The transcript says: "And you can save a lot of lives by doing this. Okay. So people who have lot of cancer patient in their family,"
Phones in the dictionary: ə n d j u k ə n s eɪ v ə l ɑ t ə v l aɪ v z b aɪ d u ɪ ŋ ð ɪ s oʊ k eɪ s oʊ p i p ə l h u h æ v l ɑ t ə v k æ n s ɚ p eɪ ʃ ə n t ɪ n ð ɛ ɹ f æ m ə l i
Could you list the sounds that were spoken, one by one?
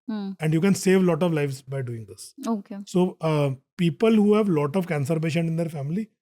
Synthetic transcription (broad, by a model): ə n d j u k ə n s eɪ v l ɑ t ə v l aɪ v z b aɪ d u ɪ ŋ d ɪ s oʊ k eɪ s oʊ p i p ə l h u h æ v l ɑ t ə v k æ n s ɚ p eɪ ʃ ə n ɪ n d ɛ ɹ f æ m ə l i